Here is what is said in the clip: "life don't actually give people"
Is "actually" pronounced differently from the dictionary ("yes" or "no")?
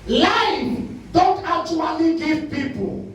yes